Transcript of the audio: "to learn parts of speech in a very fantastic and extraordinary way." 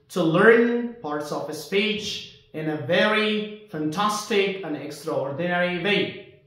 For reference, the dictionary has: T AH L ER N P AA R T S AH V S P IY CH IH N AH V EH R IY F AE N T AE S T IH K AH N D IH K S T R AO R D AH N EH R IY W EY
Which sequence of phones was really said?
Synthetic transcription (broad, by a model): T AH L ER N P AA R T S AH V S P IY CH IH N AH V EH R IY F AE N T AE S T IH K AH N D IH K S T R AO R D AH N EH R IY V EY